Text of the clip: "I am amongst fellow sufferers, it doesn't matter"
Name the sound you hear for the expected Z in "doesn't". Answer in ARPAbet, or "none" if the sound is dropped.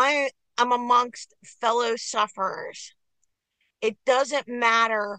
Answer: Z